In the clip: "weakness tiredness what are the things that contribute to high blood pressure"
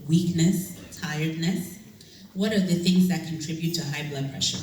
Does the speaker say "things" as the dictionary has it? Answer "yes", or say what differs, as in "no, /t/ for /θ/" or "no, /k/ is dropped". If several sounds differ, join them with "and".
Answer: yes